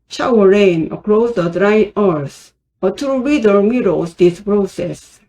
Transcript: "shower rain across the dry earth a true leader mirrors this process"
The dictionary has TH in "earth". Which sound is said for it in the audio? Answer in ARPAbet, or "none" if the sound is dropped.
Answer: S